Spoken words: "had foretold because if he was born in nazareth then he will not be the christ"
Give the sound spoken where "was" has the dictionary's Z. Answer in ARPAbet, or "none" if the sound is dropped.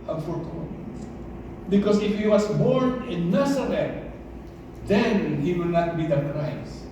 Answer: S